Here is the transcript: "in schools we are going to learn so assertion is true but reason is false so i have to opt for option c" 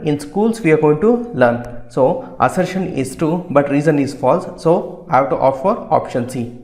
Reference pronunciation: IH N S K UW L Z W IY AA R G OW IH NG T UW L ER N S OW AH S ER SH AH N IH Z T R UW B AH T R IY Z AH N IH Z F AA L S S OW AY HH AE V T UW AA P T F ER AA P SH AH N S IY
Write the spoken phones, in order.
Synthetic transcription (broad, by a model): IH N S K UW L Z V IY AA R G OW IH NG T UW L ER N S OW AH S ER SH AH N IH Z T UW B AH T R IY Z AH N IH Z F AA L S S OW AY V T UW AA F ER AA P SH AH N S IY